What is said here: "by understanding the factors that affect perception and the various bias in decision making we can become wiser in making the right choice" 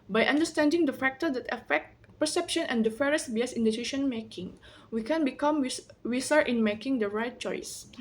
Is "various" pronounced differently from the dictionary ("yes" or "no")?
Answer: yes